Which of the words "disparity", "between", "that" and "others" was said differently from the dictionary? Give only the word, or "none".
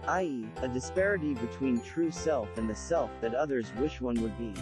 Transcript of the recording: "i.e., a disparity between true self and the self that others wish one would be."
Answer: none